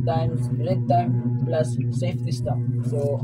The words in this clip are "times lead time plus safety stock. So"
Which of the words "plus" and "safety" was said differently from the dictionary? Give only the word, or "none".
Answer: safety